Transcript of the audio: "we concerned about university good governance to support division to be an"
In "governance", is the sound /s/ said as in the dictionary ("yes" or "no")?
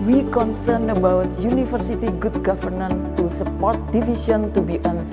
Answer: no